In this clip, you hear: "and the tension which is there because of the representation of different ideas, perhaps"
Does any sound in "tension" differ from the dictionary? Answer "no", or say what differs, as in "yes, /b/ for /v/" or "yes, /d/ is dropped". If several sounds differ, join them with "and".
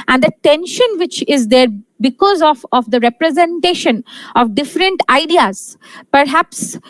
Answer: no